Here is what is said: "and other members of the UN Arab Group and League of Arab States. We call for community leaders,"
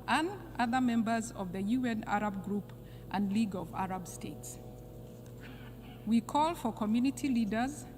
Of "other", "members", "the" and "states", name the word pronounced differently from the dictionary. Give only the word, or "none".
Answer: none